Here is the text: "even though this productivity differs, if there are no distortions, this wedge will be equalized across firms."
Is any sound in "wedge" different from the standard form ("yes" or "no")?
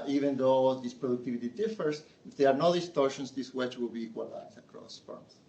yes